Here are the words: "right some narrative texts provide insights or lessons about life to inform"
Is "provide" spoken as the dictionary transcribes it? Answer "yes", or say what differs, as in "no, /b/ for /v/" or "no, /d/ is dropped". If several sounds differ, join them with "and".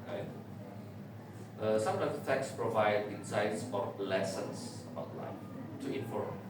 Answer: yes